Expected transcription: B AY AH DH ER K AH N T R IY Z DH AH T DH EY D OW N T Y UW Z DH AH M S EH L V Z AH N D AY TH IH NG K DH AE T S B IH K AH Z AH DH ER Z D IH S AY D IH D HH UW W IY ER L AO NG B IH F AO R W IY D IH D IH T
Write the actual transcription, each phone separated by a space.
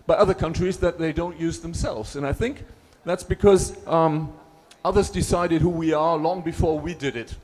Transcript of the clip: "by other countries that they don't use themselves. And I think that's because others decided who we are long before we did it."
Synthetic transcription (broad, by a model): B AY AH DH ER K AH N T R IY Z DH AH T DH EY D OW N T Y UW Z DH AH M S EH L V Z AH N AY TH IH NG K DH AE T S B IH K AH Z AH DH ER Z D IH S AY D IH D HH UW W IY ER L AO NG B IH F AO R W IY D IH D IH T